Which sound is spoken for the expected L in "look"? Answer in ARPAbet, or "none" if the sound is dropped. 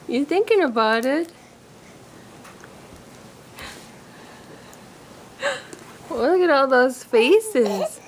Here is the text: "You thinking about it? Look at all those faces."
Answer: W